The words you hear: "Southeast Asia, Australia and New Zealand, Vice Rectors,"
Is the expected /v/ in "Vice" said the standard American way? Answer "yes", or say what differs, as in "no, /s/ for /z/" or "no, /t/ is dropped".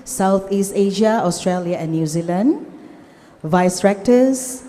yes